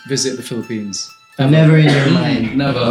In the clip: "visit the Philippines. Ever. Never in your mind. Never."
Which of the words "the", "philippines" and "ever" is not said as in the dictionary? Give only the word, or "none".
ever